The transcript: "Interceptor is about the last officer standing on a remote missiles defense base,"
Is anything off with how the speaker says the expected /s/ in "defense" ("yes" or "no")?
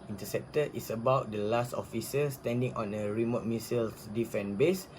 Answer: yes